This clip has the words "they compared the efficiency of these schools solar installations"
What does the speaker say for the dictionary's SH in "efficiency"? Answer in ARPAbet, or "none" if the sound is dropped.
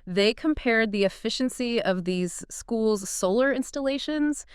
SH